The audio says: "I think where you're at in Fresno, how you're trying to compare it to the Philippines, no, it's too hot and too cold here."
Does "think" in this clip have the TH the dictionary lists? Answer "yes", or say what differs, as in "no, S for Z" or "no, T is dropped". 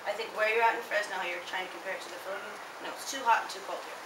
yes